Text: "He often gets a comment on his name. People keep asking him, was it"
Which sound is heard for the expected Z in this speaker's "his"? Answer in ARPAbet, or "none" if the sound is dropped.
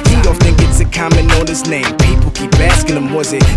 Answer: S